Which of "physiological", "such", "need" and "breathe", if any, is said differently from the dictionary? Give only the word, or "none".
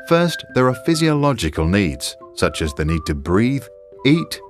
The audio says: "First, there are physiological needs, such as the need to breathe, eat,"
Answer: none